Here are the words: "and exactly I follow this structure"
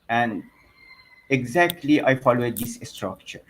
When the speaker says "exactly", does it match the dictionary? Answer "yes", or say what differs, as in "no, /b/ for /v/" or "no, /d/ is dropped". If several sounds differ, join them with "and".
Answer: yes